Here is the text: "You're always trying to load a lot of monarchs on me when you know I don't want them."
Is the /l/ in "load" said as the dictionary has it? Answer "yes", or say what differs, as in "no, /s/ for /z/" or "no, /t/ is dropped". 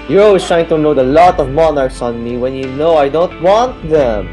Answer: no, /n/ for /l/